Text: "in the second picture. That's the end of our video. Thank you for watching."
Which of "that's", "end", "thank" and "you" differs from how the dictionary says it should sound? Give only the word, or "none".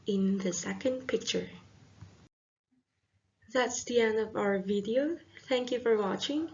end